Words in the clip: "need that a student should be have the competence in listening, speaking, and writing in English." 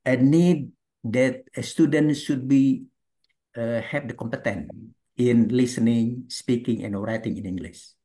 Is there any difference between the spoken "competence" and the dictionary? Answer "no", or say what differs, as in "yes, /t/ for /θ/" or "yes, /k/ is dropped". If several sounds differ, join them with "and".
yes, /s/ is dropped